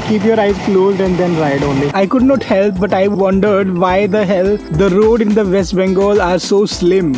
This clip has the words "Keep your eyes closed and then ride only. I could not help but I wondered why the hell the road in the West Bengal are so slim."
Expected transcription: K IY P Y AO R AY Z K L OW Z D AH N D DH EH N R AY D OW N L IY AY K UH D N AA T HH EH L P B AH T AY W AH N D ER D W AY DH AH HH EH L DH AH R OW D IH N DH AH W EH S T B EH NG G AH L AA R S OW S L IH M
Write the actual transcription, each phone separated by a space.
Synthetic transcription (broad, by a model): K IY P Y AO R AY Z K L OW Z D AH N D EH N R AY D OW N L IY AY K UH D N AA T HH EH L P B AH T AY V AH N D ER D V AY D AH HH EH L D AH R OW D IH N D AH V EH S T B EH NG G AH L AA R S OW S L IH M